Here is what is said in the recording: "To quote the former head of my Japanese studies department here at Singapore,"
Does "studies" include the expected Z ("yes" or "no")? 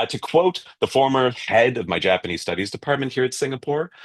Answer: yes